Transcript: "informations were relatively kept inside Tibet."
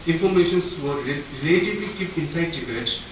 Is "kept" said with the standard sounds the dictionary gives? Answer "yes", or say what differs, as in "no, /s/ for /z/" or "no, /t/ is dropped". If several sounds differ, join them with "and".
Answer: no, /t/ is dropped